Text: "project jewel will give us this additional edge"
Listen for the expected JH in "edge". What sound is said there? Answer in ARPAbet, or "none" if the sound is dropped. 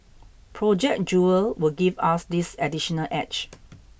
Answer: CH